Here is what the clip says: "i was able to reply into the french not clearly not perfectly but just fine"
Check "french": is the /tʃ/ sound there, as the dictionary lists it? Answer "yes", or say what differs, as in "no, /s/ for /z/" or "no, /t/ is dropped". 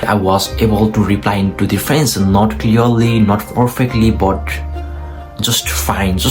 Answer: no, /s/ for /tʃ/